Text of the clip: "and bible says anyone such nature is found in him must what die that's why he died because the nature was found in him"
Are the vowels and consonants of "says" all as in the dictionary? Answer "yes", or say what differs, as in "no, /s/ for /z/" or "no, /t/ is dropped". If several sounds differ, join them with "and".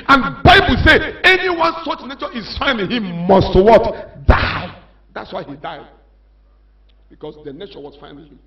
no, /z/ is dropped